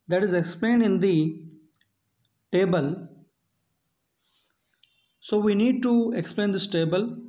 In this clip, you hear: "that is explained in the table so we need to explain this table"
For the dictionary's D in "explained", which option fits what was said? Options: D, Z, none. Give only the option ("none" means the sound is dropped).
D